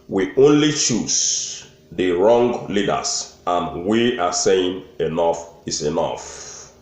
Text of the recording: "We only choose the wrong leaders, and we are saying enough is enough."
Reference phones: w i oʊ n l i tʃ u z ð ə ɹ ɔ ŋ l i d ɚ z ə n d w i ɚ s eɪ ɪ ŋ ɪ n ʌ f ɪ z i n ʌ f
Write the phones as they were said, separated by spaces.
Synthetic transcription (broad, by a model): w i oʊ n l i tʃ u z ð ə ɹ ɔ ŋ l i d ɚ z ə n w i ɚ s eɪ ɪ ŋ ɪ n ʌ f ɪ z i n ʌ f